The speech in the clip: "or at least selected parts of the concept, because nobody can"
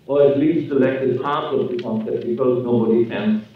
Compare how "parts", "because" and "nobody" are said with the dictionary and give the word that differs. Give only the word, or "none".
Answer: parts